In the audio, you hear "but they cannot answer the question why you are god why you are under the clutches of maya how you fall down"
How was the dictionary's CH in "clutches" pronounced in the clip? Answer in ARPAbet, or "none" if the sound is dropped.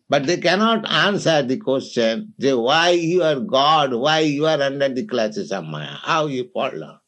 S